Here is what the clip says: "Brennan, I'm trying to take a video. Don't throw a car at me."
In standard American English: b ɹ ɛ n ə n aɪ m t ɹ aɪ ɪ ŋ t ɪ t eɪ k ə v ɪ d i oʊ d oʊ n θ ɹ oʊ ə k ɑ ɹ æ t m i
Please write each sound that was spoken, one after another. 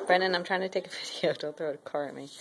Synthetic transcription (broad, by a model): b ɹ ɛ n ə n aɪ m t ɹ aɪ ɪ ŋ t ɪ t eɪ k ə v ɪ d i oʊ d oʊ l θ ɹ oʊ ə k ɑ ɹ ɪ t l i